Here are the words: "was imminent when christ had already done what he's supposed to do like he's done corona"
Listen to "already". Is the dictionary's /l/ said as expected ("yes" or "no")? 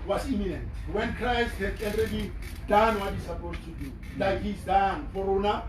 no